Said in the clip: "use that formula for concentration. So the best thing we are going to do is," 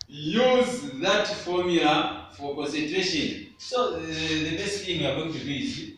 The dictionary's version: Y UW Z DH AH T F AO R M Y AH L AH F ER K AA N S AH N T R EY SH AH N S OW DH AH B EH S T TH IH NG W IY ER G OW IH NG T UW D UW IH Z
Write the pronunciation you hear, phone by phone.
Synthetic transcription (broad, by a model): Y UW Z DH AH T F AO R M Y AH L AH F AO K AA N S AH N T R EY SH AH N S OW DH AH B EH S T F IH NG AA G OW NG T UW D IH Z